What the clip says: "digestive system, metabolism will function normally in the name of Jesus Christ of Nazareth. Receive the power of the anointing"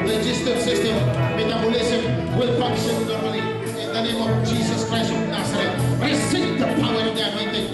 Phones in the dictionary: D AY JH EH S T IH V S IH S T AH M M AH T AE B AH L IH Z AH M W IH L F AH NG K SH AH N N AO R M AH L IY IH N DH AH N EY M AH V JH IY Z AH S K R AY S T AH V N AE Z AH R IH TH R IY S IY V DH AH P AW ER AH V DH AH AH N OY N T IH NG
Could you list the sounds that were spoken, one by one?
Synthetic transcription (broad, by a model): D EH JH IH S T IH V S IH S T AH M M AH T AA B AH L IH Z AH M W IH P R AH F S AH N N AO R AH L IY IH N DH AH N EY M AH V JH IY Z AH S K R AY S T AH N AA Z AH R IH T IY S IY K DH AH P AW ER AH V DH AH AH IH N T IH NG